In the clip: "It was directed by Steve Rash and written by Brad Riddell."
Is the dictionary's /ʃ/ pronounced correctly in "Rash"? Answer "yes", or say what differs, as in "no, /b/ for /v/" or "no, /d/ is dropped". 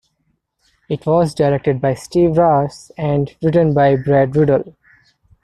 no, /s/ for /ʃ/